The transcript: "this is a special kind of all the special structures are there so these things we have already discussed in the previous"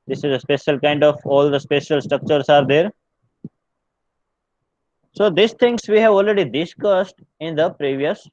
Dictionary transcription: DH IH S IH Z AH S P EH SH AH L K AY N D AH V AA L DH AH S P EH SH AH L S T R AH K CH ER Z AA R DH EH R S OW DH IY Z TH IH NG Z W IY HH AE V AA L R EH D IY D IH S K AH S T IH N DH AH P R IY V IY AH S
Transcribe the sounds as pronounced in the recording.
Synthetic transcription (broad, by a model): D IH S IH Z AH S P EH SH AH L K AY N D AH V AA L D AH S P EH SH AH L S T R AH K CH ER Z AA R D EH R S OW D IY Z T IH NG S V IY HH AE V AA L R EH D IY D IH S K AH S T IH N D AH P R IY V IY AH S